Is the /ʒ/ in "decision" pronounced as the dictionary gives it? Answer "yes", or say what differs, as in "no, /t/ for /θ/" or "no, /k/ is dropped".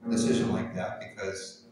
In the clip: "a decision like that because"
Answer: yes